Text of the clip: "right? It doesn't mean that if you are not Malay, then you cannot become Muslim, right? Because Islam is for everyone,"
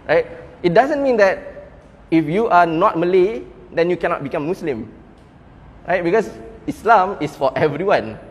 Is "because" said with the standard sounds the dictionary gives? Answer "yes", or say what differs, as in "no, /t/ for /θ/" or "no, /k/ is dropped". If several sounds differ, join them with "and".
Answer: no, /s/ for /z/